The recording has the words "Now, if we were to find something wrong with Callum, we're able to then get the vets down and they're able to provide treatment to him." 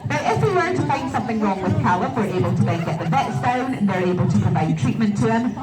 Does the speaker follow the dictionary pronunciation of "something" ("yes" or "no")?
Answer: yes